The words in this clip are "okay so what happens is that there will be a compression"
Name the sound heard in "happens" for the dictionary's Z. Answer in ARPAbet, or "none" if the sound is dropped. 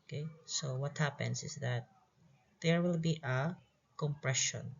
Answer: S